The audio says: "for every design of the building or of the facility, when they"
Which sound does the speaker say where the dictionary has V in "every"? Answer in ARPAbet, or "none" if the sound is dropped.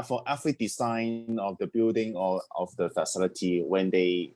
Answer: F